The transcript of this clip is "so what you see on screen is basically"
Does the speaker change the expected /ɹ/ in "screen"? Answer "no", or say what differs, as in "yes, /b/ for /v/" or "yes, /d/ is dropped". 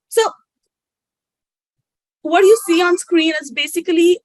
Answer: no